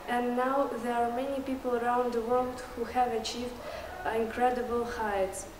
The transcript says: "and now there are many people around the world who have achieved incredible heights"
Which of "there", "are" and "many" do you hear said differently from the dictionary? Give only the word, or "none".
none